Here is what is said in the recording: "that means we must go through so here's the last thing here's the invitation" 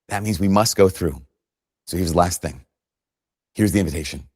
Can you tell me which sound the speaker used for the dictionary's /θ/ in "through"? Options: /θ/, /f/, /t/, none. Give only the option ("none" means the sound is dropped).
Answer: /θ/